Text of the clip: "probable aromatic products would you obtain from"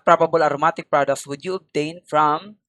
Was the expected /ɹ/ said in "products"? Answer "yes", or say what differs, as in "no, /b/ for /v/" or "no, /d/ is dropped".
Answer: yes